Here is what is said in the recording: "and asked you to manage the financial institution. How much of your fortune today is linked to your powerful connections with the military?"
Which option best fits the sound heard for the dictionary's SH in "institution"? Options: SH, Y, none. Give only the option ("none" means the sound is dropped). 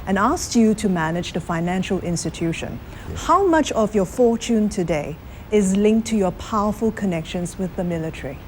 SH